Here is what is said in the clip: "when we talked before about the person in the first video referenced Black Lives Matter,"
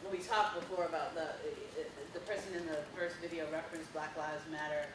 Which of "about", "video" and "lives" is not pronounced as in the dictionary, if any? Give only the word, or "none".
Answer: none